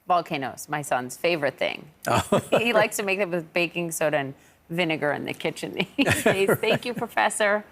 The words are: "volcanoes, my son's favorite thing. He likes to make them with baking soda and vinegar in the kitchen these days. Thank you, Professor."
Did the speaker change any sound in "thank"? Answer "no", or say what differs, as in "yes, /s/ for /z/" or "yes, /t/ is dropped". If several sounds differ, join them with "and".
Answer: no